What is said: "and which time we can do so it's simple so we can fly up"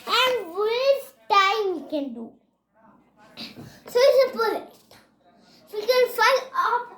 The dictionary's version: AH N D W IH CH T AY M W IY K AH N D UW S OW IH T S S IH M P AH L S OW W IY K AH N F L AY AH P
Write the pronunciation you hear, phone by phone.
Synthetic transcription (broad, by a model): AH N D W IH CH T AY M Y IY K AH N D UW S OW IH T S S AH P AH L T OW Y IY K AH N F AY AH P